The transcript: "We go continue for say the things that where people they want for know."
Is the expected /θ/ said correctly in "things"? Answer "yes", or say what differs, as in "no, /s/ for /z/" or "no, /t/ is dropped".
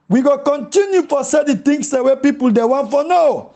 no, /t/ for /θ/